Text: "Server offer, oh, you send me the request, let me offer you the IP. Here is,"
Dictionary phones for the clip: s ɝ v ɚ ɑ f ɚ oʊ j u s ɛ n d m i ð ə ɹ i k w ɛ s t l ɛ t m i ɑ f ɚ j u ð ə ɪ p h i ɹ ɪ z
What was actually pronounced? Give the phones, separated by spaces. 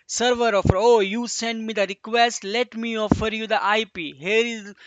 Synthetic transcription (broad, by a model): s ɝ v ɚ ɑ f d oʊ j u s ɛ n d m i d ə ɹ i k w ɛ s t l ɛ t m i ɑ f ɚ j u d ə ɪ p h i ɹ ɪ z